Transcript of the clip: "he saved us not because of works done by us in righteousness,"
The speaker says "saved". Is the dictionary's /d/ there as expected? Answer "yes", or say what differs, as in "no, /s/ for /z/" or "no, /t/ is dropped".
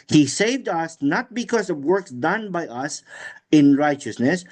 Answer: yes